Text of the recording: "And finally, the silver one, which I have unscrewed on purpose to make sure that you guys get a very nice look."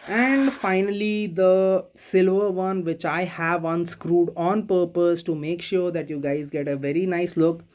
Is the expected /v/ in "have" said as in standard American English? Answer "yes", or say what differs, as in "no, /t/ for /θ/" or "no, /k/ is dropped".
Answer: yes